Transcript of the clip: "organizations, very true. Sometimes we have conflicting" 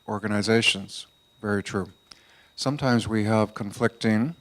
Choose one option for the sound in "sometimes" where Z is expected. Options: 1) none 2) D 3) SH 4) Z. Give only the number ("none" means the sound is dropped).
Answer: 4